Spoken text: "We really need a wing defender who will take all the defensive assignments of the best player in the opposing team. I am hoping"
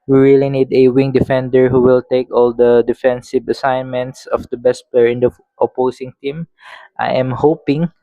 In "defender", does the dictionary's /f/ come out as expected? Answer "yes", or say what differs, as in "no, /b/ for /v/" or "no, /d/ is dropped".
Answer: yes